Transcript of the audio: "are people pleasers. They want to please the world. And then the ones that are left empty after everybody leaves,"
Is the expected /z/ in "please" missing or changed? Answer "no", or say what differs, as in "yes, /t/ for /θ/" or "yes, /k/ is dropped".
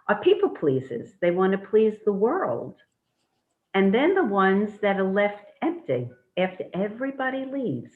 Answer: no